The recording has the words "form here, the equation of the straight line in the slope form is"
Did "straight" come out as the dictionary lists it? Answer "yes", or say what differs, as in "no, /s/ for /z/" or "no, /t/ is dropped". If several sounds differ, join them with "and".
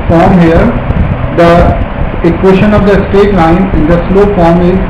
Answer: no, /ɹ/ is dropped